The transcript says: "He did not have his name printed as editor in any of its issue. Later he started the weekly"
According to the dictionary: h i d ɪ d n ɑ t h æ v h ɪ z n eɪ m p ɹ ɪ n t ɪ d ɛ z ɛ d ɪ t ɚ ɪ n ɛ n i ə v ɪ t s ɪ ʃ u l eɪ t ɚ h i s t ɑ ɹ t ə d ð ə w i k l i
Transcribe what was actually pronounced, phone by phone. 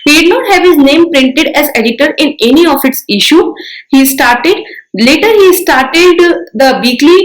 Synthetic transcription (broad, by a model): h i d ɪ d n ɑ t h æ v h ɪ z n eɪ m p ɹ ɪ n t ɪ d ɛ z ɛ d ɪ t ɚ ɪ n ɛ n i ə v ɪ t s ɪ ʃ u l eɪ t ɚ h i s t ɑ ɹ t ə d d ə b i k l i